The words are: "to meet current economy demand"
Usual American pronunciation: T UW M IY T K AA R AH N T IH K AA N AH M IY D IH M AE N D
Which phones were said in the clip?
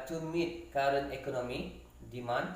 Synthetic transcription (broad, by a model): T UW M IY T K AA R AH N IH K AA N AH M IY D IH M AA N